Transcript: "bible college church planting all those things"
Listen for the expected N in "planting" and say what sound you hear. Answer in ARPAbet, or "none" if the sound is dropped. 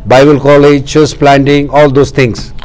N